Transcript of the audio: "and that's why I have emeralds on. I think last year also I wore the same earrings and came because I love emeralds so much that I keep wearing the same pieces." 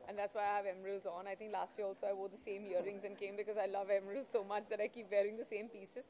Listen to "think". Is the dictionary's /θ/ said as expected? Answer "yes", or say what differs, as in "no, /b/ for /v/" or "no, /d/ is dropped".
no, /t/ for /θ/